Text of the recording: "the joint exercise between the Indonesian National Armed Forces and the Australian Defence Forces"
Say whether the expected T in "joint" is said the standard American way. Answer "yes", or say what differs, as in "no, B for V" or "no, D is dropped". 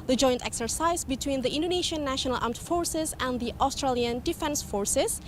yes